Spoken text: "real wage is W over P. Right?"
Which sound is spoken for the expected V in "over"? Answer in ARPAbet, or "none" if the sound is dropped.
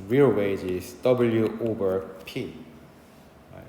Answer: B